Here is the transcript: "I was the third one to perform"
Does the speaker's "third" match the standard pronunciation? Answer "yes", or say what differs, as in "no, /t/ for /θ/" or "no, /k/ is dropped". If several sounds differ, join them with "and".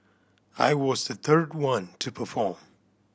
yes